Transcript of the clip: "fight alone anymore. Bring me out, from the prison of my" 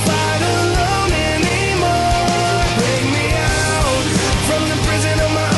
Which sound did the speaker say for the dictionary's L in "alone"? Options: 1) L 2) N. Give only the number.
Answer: 2